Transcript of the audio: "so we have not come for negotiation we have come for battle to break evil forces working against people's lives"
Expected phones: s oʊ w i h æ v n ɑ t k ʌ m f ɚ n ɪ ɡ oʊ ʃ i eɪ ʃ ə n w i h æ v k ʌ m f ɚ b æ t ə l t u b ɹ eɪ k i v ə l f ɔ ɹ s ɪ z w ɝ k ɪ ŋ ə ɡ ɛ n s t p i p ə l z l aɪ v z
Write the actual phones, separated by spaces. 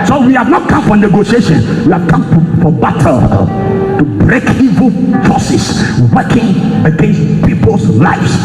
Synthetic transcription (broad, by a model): s oʊ w i h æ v n ɑ t k ʌ m f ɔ n ɪ ɡ oʊ ʃ i eɪ ʃ ə n w i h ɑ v k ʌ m f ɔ b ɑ t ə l t u b ɹ eɪ k i v ə l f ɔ s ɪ s w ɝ k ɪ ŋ ə ɡ ɛ n s t p i p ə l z l aɪ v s